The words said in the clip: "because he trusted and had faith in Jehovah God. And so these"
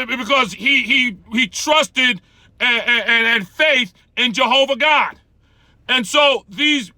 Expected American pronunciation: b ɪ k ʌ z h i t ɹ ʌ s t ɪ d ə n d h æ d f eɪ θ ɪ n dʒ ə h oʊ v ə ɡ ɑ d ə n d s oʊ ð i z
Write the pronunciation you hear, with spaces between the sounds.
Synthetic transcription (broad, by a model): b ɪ k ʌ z h i t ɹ ʌ s t ɪ d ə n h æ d f eɪ θ ɪ n dʒ ə h oʊ v ə ɡ ɑ d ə n s oʊ ð i z